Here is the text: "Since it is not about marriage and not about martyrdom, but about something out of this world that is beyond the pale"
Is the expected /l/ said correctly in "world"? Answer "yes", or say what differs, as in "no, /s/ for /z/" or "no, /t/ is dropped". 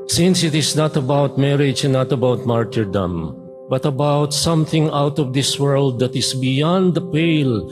yes